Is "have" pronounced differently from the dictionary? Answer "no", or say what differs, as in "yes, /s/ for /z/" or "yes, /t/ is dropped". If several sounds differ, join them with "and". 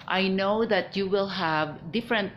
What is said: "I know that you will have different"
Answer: no